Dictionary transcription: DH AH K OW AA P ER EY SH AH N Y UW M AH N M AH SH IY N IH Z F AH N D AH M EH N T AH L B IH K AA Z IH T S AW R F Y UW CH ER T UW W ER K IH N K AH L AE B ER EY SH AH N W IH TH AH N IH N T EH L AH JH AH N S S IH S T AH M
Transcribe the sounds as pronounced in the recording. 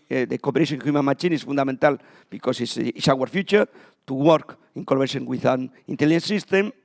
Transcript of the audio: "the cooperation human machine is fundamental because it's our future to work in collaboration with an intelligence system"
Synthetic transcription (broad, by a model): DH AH K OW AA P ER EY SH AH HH Y UW M AH N M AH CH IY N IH S F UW N D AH M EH N T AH L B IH K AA S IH S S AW R F Y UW CH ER T UW W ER K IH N K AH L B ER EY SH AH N W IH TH AH N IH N T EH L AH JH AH N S S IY S T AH M